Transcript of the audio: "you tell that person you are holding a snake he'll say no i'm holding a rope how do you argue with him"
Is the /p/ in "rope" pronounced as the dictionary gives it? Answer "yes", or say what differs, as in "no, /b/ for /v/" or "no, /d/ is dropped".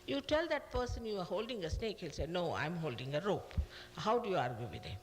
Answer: yes